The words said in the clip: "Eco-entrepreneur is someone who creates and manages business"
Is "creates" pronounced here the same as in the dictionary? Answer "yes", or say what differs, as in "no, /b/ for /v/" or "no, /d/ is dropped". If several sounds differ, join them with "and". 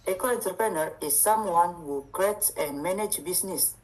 no, /s/ is dropped